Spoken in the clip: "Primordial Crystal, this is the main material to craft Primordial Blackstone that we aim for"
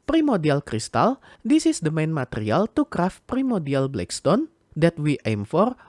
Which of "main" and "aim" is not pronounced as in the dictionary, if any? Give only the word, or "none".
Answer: none